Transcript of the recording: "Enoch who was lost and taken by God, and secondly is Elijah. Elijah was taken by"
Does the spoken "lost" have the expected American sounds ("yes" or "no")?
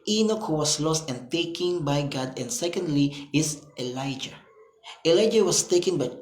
yes